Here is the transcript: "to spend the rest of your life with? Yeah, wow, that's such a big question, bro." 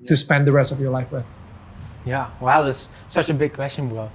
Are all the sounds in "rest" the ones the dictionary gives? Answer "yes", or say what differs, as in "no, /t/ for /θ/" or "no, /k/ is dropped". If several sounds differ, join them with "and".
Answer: yes